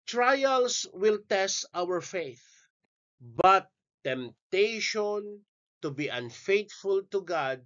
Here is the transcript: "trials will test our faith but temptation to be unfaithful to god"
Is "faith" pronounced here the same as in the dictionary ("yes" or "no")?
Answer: yes